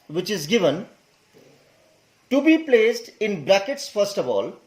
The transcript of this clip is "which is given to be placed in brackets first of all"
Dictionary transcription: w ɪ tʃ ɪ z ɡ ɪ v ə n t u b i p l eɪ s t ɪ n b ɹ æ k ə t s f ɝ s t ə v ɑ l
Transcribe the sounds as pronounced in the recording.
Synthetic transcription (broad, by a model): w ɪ tʃ ɪ z ɡ ɪ v ə n t u b i p l eɪ s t ɪ n b ɹ æ k ə t s f ɝ s t ə v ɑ l